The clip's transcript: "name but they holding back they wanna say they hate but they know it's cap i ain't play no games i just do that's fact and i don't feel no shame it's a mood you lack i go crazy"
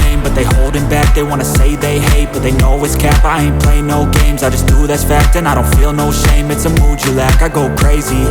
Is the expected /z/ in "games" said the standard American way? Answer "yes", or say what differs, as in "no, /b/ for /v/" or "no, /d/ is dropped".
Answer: yes